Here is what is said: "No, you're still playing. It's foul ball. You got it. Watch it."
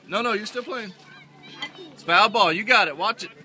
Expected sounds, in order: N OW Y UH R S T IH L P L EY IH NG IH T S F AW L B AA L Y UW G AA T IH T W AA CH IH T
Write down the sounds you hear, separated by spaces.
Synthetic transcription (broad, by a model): N OW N UH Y S T IH L P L EY IH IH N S P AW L B AA L Y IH G AA T IH T W AA CH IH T